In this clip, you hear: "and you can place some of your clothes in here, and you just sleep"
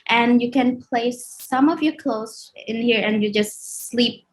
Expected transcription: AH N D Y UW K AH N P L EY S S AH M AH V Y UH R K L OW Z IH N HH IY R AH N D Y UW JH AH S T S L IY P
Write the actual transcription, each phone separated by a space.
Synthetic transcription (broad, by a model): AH N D Y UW K AH N P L EY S S AH M AH V Y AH R K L OW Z IH N HH IY R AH N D Y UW JH AH S T S L IY P